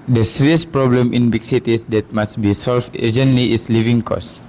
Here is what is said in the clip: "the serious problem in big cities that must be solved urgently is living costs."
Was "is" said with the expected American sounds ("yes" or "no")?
no